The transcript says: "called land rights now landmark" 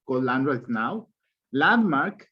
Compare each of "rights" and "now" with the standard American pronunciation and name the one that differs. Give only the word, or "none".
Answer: rights